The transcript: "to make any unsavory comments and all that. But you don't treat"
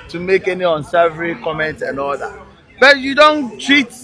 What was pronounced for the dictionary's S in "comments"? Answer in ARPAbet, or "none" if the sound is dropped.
none